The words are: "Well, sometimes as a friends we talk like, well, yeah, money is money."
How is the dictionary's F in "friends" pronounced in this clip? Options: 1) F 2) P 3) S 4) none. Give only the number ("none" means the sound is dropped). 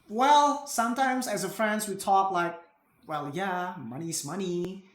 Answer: 1